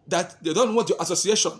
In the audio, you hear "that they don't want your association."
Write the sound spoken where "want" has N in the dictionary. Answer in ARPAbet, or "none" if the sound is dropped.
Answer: none